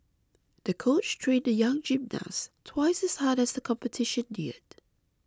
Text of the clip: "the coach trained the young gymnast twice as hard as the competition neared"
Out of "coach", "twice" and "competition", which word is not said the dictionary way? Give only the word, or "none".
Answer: none